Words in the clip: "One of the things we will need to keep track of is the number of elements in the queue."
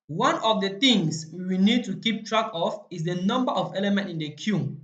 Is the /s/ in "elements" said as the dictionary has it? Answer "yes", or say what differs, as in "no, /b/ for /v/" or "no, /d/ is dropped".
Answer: no, /s/ is dropped